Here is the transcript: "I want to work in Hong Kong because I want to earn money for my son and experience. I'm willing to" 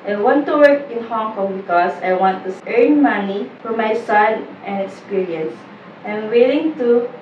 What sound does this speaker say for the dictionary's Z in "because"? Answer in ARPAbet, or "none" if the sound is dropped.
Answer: S